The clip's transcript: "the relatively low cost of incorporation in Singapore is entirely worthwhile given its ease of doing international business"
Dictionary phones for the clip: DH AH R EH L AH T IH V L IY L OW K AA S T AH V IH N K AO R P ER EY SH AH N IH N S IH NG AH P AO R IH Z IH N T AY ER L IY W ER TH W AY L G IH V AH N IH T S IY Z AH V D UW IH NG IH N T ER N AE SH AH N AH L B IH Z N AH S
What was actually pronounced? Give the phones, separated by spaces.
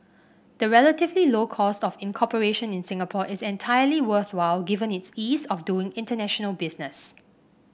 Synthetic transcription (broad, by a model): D AH R EH L AH T IH V L IY L OW K AA S T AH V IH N K AO P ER EY SH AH N IH N S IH NG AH P AO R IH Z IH N T AY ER L IY W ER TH W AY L G IH V AH N IH T S IY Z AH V D UW IH NG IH N T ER N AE SH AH N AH L B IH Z N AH S